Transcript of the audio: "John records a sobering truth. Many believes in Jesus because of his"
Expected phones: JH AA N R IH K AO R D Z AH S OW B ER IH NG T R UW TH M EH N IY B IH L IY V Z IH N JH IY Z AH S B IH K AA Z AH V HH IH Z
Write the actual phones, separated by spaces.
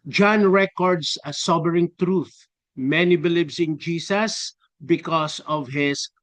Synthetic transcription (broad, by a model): JH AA N R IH K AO R D S AH S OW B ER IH NG T R UW TH M EH N IY B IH L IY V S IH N JH IY S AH S B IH K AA S AH V HH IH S